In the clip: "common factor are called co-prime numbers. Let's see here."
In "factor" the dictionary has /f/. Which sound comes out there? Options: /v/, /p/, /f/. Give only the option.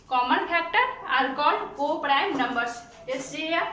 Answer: /p/